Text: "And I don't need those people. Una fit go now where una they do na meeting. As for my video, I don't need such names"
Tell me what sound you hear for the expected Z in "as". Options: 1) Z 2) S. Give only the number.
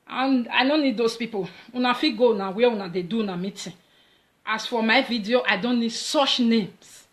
2